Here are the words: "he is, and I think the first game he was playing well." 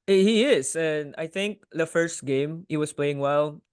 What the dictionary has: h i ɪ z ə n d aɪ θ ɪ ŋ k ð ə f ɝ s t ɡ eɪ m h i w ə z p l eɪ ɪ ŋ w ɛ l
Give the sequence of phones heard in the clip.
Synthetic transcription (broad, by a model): h i ɪ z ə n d aɪ θ ɪ ŋ k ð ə f ɝ s t ɡ eɪ m h i w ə s p l eɪ ɪ ŋ w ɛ l